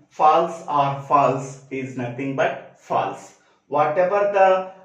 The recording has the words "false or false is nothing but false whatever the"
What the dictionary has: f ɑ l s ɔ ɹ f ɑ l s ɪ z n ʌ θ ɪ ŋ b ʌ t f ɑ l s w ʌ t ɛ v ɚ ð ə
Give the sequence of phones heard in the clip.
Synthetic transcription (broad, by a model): f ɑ l s ɔ ɹ f ɑ l s ɪ z n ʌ t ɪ ŋ b ʌ t f ɑ l s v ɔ t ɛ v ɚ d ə